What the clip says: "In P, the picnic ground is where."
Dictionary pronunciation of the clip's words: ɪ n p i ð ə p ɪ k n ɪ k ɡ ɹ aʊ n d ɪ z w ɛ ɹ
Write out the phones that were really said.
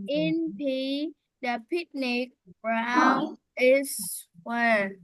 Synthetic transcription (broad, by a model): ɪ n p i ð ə p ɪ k n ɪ k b ɹ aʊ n ɪ s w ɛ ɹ